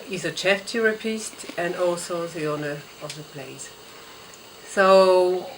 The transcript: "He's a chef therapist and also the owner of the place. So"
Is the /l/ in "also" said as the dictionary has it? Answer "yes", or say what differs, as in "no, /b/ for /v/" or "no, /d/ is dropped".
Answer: yes